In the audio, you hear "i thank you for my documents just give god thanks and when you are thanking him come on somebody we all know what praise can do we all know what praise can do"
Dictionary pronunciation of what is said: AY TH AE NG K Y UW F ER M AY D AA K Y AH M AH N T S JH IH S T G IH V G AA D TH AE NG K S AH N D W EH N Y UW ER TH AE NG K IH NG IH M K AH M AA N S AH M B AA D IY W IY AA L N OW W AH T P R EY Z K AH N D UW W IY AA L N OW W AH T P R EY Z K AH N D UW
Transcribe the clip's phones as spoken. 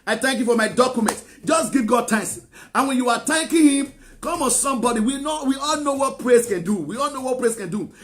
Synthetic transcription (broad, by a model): AY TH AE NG K Y UW F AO M AY D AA K Y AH M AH N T JH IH S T G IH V G AA D T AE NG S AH N W EH N Y UW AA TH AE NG K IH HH IH M K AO M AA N S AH M B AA D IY W IY AA L N OW W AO T P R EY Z K AH N D UW W IY AA L N OW W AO T P R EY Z K AH N D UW